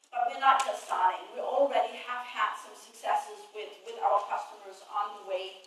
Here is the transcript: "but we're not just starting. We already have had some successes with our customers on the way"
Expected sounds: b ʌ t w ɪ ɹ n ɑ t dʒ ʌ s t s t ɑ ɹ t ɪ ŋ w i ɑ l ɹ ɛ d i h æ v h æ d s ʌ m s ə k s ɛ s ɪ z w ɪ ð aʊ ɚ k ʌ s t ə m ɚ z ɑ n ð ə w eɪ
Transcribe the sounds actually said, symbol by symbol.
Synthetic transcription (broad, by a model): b ʌ t w ɪ ɹ n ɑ t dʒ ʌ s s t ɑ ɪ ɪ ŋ w i l ɹ ɛ d i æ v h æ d s ʌ m s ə k s ɛ s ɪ z w ɪ ð aʊ ɚ k ʌ s t ə m ɚ z n ð ə w eɪ